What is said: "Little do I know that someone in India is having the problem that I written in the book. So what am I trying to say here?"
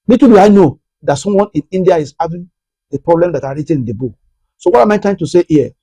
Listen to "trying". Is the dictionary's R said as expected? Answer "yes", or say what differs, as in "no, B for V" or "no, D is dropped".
no, R is dropped